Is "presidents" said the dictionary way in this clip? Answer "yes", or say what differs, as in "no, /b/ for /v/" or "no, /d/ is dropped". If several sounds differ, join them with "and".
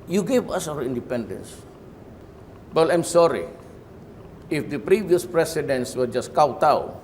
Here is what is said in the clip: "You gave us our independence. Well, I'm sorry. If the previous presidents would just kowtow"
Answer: no, /s/ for /z/